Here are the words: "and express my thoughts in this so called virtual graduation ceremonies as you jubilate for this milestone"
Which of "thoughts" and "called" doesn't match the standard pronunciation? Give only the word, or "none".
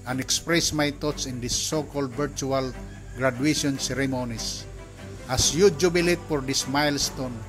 thoughts